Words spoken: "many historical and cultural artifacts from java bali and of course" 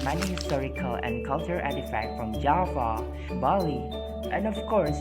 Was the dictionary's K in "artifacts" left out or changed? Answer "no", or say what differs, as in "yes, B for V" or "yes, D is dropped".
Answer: yes, K is dropped